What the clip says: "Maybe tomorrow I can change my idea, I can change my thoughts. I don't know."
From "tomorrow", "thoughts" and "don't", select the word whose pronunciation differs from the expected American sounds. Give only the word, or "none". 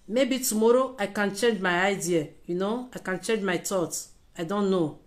thoughts